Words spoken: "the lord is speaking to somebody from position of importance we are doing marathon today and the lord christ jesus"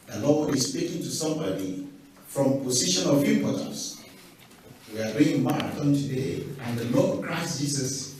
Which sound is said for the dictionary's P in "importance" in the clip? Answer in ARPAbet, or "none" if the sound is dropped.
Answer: none